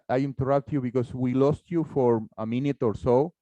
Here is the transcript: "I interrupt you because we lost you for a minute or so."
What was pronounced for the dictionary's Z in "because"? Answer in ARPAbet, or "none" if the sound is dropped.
S